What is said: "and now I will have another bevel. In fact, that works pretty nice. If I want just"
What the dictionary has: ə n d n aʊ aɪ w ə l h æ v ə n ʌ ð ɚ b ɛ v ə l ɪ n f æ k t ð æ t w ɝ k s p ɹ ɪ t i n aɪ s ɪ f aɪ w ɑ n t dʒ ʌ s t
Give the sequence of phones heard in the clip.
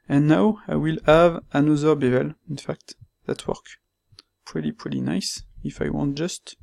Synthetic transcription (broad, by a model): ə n n aʊ aɪ w ə l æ v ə n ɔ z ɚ b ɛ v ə l ɪ n f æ k t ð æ t w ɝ k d p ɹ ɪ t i n aɪ s ɪ f aɪ w ɑ n t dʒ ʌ s t